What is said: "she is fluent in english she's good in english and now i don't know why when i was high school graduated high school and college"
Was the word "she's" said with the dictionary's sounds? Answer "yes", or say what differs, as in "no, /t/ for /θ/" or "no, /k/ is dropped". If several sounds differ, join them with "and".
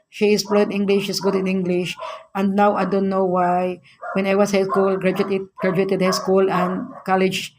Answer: no, /s/ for /z/